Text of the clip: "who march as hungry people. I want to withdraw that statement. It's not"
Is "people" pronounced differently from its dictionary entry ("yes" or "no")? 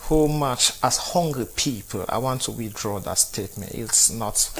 no